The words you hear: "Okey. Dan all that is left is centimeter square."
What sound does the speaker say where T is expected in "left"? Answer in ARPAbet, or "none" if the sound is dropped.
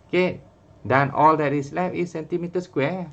none